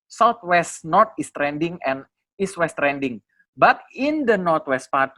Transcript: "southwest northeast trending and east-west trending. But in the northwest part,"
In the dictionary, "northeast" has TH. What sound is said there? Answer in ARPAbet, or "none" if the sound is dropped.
T